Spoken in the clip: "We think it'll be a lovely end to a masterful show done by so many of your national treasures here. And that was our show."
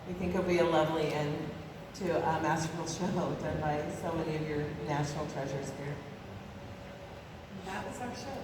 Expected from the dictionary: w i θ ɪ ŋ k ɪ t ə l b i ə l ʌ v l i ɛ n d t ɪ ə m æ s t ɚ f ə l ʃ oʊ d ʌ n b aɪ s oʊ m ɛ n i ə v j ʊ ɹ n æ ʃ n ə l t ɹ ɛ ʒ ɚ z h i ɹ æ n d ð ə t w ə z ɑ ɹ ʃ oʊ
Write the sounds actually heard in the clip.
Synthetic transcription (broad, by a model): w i θ ɪ ŋ k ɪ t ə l b i ə l ʌ v l i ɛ n t ɪ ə m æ s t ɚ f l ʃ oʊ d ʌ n b aɪ s oʊ m ɛ n i ə v j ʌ ɹ n æ ʃ n l t ɹ ɛ ʒ ɚ z h i ɹ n ð ə t w ə z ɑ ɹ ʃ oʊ